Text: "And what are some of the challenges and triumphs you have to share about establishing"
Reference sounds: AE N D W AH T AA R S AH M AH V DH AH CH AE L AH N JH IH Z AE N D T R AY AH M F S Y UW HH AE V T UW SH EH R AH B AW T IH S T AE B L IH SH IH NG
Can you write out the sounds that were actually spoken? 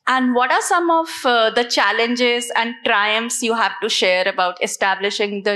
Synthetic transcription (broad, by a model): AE N D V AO T AA R S AH M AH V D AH CH AE L AH N JH IH Z AE N D T R AY AH M F S Y UW HH AE V T UW SH EH R AH B AW T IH S T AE B L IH SH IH NG